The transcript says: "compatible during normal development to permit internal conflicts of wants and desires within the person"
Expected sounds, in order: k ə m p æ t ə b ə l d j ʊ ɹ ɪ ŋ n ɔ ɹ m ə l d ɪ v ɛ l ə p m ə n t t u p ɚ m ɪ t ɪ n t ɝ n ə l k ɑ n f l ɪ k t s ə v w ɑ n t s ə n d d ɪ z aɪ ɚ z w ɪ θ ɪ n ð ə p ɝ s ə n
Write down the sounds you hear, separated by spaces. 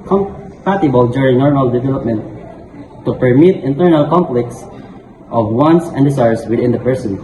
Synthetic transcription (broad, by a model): k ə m p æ t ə b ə l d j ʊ ɹ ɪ ŋ n ɔ ɹ m ə l d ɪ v ɛ l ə p m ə n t t u p ɚ m ɪ t ɪ n t ɝ n ə l k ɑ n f l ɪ k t s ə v w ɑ n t s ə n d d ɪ s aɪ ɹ s w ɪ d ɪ n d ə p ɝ s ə n